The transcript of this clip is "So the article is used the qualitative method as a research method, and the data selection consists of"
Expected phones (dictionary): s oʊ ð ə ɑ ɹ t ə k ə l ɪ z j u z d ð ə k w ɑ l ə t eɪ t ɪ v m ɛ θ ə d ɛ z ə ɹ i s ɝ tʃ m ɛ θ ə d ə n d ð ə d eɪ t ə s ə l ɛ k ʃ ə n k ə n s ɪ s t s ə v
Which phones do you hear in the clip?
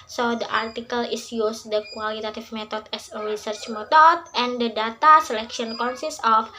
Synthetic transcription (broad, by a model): s oʊ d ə ɑ ɹ t ə k ə l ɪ s j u s d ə k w ɑ l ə t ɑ t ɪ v m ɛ t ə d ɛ s ə ɹ i s ɝ tʃ m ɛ t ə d ə n d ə d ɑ t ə s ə l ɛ k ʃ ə n k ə n s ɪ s s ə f